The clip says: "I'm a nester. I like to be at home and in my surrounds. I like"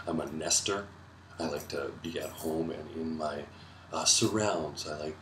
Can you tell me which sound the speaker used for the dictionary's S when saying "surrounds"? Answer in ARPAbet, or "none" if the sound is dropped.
S